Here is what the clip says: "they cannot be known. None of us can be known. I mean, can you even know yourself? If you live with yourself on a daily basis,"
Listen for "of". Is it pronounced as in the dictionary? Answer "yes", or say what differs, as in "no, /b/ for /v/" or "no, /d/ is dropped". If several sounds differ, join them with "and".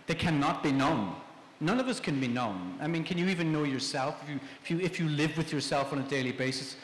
yes